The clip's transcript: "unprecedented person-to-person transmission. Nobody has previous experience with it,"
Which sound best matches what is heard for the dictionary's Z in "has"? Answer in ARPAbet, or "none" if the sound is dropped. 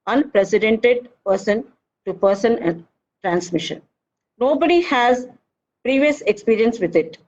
Z